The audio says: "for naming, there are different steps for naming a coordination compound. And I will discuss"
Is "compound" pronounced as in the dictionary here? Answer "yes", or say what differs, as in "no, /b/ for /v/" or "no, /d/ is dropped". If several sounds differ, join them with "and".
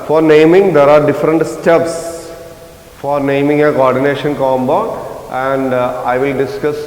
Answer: no, /b/ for /p/